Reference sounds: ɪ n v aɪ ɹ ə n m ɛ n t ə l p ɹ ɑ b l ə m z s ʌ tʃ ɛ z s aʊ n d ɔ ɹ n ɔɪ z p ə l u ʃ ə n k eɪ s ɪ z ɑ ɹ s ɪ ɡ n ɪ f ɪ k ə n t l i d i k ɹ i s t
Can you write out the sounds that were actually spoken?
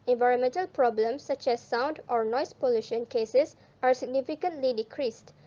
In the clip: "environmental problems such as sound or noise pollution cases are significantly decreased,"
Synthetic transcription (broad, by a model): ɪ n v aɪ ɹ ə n m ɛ n t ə l p ɹ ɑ b l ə m s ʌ tʃ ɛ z s aʊ n d ɔ ɹ n ɔɪ s p ə l u ʃ ə n k eɪ s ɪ s ɑ ɹ s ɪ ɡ n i f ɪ k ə n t l i d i k ɹ i s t